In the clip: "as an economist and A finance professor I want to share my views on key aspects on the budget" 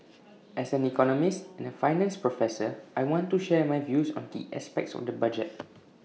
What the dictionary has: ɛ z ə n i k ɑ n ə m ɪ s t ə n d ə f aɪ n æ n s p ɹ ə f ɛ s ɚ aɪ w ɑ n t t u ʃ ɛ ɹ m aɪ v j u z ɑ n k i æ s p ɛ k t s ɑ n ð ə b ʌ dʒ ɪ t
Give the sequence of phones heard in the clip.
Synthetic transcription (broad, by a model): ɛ s ə n i k ɑ n ə m ɪ s t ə n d ə f aɪ n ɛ n s p ɹ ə f ɛ s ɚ aɪ w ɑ n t t u ʃ ɛ m aɪ v j u s ɑ n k i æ s p ɛ k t s ɑ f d ə b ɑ dʒ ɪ t